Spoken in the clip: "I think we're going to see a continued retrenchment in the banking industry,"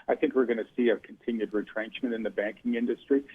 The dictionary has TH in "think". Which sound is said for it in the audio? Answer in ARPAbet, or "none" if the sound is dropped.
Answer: TH